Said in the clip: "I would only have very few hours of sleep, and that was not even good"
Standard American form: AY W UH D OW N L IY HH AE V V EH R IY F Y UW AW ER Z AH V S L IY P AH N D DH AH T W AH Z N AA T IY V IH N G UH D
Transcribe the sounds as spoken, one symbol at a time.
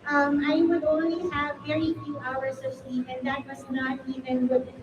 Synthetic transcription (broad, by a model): AY W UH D OW N L IY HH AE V V EH R IY F Y UW AW ER Z AH V S L IY P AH N DH AH T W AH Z N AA T IY V IH N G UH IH